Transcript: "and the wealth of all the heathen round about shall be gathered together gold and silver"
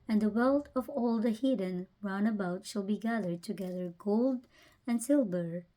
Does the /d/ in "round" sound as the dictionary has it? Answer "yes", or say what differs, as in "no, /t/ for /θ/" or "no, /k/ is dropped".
no, /d/ is dropped